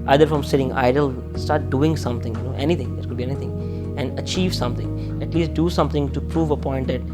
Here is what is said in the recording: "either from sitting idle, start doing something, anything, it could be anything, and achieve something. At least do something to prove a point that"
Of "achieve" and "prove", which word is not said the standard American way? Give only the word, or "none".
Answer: none